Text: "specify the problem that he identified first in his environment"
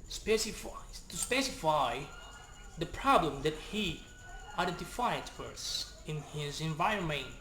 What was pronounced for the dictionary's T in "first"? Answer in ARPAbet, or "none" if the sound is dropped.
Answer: none